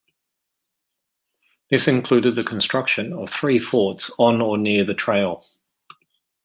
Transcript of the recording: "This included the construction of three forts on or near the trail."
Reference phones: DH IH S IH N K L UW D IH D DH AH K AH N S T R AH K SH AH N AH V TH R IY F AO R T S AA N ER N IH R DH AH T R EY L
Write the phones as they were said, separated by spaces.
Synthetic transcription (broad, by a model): DH IH S IH N K L UW D IH D DH AH K AH N S T R AH K SH AH N AH V TH R IY F AO T S N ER N IH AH DH AH T R EY L